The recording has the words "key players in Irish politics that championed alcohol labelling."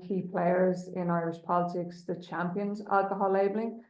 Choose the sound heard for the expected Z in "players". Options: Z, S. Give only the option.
Z